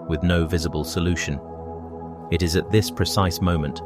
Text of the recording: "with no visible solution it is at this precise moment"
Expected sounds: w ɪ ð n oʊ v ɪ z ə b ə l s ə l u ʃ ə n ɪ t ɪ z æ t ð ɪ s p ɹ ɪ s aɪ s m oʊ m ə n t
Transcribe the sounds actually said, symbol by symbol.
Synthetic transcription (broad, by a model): w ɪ ð n oʊ v ɪ z ə b ə l s ə l u ʃ ə n ɪ t ɪ z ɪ t ð ɪ s p ɹ ɪ s aɪ s m oʊ m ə n t